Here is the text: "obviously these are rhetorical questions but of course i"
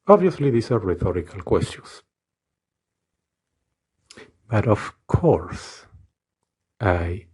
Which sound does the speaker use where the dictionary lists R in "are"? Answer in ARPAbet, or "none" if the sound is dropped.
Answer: R